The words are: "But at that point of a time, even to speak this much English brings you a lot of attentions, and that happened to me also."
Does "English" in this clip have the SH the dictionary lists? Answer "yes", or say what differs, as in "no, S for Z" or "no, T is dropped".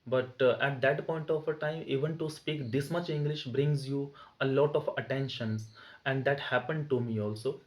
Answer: yes